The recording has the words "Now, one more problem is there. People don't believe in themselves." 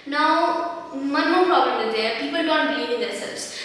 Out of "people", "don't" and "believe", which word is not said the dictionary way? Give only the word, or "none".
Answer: believe